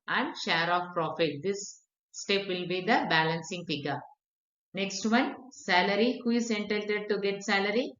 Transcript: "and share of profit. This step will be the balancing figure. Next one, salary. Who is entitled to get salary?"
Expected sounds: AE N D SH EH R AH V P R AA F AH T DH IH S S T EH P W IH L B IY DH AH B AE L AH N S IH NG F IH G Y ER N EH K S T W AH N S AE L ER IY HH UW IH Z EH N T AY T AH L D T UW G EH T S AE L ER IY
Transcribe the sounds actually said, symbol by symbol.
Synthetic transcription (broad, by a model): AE N D SH EH R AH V P R AA F AH T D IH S S T EH P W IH L B IY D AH B AE L AH N S IH NG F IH G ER N EH K S T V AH N S AE L ER IY HH UW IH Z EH N T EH T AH D T UW G EH T S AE L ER IY